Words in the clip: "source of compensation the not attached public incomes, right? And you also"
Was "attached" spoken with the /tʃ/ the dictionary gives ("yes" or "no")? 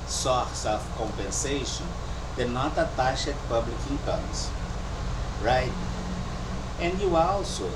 no